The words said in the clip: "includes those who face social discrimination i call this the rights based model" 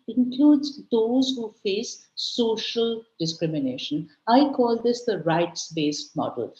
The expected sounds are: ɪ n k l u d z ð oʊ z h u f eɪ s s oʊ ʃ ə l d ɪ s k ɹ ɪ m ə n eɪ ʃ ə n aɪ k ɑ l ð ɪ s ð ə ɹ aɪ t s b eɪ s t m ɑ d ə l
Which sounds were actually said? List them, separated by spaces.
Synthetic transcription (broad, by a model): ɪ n k l u d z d oʊ z h u f eɪ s s oʊ ʃ ə l d ɪ s k ɹ ɪ m ə n eɪ ʃ ə n aɪ k ɑ l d ɪ s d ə ɹ aɪ t s b eɪ s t m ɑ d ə l